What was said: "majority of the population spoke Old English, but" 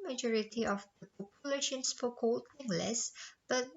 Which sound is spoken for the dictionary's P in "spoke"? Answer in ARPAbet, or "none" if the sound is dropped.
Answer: F